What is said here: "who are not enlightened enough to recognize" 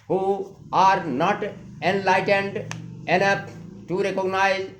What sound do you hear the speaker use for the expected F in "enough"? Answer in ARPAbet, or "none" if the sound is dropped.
P